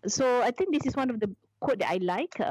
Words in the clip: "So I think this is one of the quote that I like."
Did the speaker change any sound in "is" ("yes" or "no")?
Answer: yes